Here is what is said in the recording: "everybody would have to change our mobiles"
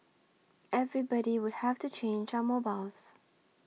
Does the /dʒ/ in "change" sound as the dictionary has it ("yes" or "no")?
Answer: yes